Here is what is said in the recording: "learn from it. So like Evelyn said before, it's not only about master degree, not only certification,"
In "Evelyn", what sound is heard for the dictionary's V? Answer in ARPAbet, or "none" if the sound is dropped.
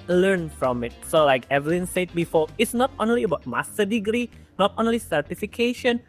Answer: V